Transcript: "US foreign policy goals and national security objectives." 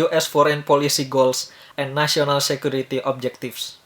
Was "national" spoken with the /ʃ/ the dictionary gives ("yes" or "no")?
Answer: no